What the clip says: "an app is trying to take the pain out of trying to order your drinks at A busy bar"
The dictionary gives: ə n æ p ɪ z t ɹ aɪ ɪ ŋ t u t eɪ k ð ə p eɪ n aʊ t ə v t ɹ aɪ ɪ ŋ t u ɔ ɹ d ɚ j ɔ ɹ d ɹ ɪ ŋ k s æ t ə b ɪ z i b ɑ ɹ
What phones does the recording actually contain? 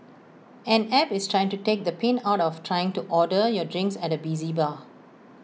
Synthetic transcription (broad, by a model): ə n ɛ p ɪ s t ɹ aɪ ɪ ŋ t u t eɪ k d ə p eɪ n aʊ t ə f t ɹ aɪ ɪ ŋ t u ɔ d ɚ j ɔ d ɹ ɪ ŋ k s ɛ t ə b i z i b ɑ